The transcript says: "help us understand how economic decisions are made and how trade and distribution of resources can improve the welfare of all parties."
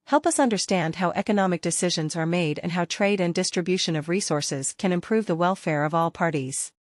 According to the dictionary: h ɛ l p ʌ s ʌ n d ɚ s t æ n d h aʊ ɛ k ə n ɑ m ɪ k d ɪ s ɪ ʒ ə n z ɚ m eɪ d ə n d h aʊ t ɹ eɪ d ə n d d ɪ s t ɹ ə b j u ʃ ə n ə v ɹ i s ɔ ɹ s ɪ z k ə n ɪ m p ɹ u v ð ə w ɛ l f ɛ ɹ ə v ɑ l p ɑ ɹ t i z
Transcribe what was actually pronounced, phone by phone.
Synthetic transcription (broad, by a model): h ɛ l p ʌ s ʌ n d ɚ s t æ n d h aʊ ɛ k ə n ɑ m ɪ k d ɪ s ɪ ʒ ə n z ɚ m eɪ d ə n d h aʊ t ɹ eɪ d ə n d d ɪ s t ɹ ə b j u ʃ ə n ə v ɹ i s ɔ ɹ s ɪ z k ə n ɪ m p ɹ u v ð ə w ɛ l f ɛ ɹ ə v ɑ l p ɑ ɹ t i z